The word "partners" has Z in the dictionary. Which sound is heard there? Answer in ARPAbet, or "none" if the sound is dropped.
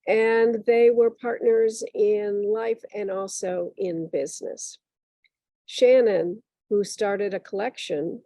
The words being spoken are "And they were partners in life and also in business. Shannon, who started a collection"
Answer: Z